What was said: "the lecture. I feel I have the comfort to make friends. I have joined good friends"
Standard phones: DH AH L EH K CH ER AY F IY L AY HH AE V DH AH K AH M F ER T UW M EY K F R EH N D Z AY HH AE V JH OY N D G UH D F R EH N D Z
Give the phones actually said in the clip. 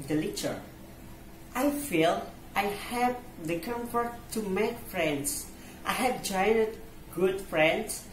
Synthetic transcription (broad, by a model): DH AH L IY CH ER AY F IY L AY HH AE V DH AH K AH M F ER T UW M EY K F R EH N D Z AY HH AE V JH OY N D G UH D F R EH N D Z